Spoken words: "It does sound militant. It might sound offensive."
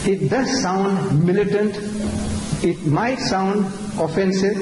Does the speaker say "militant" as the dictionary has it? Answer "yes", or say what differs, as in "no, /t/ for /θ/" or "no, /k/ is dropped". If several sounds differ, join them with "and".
yes